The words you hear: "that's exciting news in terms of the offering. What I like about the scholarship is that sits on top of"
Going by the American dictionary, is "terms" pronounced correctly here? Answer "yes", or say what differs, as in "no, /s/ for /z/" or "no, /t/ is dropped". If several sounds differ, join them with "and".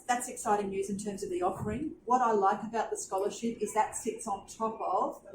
yes